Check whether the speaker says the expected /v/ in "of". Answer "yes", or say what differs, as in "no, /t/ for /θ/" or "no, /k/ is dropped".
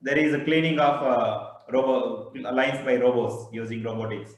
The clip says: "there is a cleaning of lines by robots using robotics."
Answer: no, /b/ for /v/